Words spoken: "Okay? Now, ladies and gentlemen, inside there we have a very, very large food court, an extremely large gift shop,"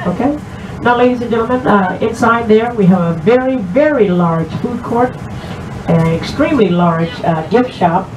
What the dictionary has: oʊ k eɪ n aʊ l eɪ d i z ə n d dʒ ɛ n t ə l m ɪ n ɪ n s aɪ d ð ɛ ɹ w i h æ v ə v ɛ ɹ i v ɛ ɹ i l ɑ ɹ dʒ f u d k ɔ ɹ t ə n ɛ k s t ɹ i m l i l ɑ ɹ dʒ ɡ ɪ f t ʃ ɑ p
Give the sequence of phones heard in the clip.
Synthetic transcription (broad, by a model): oʊ k eɪ n aʊ l eɪ d i z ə n dʒ ɛ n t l m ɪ n ɪ n s aɪ d ð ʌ ɹ w i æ v ə v ɛ ɹ i v ɛ ɹ i l ɑ ɹ dʒ f u d k ɔ ɹ t ə n ɛ k s t ɹ i m l i l ɑ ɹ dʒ ɡ ɪ f t ʃ ɑ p